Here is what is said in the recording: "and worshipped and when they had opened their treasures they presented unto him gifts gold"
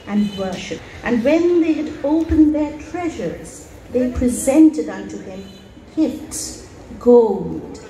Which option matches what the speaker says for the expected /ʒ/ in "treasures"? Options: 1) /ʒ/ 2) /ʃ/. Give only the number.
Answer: 1